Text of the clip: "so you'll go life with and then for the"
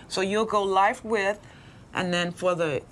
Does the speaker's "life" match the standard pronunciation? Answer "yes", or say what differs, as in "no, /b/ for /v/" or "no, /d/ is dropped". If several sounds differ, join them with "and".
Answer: yes